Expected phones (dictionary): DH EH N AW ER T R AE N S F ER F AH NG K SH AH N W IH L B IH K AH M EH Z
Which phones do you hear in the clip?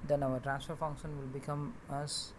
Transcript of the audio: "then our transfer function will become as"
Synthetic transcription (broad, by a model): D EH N AW ER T R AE S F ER F AH NG K SH AH N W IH L B IH K AH M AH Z